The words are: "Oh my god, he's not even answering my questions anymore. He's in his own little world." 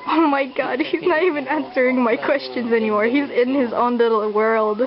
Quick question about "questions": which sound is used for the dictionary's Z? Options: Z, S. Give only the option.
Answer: Z